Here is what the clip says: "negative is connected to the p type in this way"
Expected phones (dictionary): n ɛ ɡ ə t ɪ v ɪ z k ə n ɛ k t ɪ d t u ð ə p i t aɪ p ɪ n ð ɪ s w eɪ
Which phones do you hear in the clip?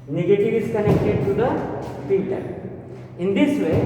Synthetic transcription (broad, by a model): n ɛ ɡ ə t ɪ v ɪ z k ə n ɛ k t ɪ d t u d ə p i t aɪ ɪ n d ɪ s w eɪ